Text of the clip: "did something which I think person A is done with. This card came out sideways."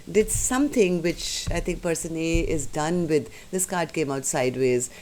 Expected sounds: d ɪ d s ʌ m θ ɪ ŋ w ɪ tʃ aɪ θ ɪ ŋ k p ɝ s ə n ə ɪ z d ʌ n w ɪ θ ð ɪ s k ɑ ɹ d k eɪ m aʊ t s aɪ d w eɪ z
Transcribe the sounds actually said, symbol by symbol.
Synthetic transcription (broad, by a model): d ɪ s s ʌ m t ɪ ŋ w ɪ tʃ aɪ t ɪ ŋ k p ɝ s ə n ə ɪ z d ʌ n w ɪ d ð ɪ s k ɑ ɹ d k eɪ m aʊ t s aɪ d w eɪ z